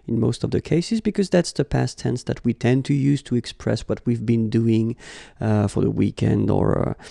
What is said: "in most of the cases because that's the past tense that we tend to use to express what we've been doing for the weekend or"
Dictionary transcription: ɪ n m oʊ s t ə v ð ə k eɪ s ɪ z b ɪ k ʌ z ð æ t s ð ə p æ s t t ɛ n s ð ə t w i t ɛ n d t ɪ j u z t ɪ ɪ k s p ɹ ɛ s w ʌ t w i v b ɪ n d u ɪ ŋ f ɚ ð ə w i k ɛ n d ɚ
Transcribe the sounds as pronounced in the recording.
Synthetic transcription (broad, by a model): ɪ n m oʊ s t ə v ð ə k eɪ s ɪ z b ɪ k ʌ z ð æ t s ð ə p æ s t t ɛ n s ð ə t w i t ɛ n t ɪ j u z t ɪ ɪ k s p ɹ ɛ s w ʌ t w i v b ɪ n d u ɪ ŋ f ɚ ð ə w i k ɛ n d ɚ